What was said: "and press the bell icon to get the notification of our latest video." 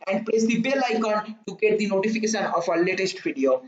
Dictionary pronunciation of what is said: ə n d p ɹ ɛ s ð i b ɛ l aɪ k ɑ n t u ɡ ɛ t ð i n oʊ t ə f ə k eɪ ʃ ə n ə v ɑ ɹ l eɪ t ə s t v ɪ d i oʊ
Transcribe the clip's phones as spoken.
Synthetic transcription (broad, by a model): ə n d p l ɛ s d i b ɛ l aɪ k ɑ n t u ɡ ɛ t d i n oʊ t ə f ə k eɪ ʃ ə n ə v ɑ l eɪ t ə s t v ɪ d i oʊ